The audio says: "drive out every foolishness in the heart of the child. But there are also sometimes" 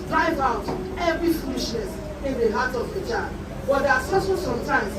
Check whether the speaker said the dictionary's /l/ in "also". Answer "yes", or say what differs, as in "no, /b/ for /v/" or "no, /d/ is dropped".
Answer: no, /l/ is dropped